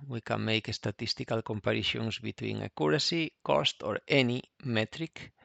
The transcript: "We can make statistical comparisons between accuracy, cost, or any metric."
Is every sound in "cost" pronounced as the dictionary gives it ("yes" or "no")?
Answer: yes